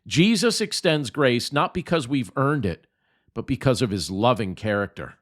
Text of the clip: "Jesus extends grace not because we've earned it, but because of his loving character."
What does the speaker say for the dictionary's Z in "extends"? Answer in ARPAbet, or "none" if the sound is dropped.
Z